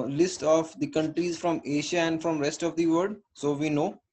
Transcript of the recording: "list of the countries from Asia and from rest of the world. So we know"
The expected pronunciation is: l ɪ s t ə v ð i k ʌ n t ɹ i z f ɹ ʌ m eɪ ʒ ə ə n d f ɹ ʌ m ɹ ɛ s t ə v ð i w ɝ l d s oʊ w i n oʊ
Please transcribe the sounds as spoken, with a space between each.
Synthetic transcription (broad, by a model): l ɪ s t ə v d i k ʌ n t ɹ i z f ɹ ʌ m eɪ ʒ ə ə n d f ɹ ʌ m ɹ ɛ s t ə v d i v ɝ d s oʊ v i n oʊ